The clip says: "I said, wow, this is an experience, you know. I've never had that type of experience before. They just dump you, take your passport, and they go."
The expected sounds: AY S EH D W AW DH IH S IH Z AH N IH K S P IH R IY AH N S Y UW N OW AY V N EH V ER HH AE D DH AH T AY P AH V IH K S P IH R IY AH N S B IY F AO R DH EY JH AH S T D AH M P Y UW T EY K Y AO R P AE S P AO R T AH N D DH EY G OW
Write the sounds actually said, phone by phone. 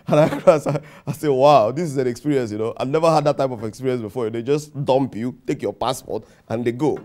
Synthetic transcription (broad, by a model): AY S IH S W AW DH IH S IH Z AH N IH K S P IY R IY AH N S Y UW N OW AY V N EH V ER HH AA D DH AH T AY P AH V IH K S P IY R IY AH N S B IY F AO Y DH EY JH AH S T D AH M P Y UW T EY K Y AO P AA S P AO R T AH N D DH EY G OW